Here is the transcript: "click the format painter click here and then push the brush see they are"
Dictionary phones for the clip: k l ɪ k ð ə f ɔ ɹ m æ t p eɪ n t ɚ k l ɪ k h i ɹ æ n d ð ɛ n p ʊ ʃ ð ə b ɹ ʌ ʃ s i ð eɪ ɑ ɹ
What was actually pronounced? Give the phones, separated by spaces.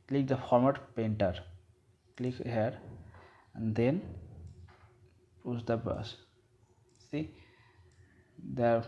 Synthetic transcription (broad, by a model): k l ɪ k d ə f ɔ ɹ m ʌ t p eɪ n t ɚ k l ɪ k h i ɹ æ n d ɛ n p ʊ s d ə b ʌ s s i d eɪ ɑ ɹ